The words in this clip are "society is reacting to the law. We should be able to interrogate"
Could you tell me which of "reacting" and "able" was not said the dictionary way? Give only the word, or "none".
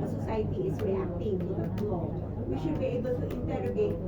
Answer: reacting